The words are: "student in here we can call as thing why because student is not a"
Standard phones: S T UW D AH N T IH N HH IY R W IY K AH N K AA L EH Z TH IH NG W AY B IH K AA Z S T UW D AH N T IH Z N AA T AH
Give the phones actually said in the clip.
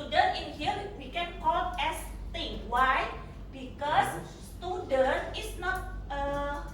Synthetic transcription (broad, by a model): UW D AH N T IH N HH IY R W IY K AH N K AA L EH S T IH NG W AY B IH K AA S S T UW D AH N T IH S N AA T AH